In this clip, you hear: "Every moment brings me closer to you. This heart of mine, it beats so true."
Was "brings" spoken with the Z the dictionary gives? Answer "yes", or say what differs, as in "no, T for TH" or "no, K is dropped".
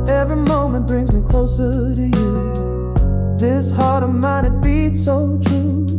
yes